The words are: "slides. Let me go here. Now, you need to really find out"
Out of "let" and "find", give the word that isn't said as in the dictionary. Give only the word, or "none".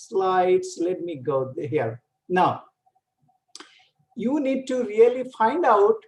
none